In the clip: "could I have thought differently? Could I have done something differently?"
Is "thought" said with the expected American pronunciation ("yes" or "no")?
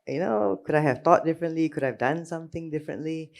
no